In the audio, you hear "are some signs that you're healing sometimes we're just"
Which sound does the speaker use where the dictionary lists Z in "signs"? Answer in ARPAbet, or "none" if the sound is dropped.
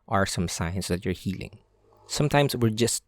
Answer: S